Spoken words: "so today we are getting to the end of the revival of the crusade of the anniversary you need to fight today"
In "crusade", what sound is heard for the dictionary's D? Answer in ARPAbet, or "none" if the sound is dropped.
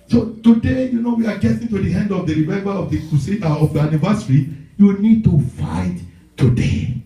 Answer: none